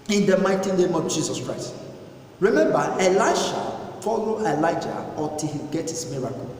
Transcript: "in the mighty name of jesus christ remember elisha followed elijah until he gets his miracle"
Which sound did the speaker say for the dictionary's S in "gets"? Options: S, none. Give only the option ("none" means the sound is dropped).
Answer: none